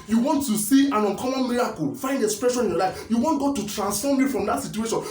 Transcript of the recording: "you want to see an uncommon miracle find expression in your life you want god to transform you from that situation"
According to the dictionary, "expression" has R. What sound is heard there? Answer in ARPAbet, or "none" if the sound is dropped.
R